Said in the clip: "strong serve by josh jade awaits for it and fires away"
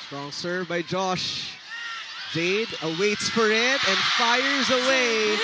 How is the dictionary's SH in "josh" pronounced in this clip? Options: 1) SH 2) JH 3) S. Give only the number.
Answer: 1